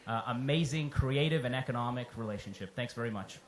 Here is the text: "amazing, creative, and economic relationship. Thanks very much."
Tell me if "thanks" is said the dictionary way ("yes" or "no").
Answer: yes